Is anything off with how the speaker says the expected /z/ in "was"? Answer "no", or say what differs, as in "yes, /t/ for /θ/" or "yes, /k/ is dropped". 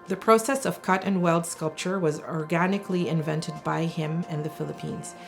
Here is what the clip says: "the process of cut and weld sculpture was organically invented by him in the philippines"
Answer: no